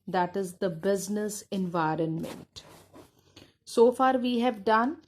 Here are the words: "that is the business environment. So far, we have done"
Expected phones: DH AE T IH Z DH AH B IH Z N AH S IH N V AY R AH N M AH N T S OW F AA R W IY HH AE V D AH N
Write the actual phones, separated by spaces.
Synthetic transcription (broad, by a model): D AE T IH Z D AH B IH Z N AH S IH N V AY R AH N M AH N T S OW F AA R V IY HH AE V D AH N